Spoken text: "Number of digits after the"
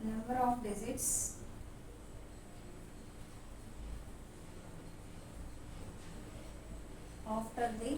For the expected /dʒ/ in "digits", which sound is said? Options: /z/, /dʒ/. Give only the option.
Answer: /z/